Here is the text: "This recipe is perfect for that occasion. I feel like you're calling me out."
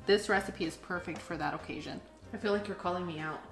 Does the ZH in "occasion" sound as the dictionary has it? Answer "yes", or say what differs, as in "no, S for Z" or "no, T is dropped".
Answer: yes